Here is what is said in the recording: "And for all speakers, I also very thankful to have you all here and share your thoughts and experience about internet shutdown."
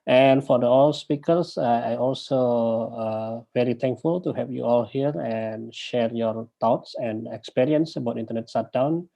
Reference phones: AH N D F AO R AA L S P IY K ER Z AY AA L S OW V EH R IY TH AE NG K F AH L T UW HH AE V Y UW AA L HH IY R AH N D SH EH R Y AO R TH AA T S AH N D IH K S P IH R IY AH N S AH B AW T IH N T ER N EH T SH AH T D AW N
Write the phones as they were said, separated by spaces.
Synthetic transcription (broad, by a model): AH N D F AO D AA L S P IY K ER S AY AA L S OW V EH R IY T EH NG K F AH L T UW HH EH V Y UW AA L HH IY R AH N SH EH R Y AO R T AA T S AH N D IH K S P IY R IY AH N S AH B AW T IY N T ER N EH T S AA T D AW N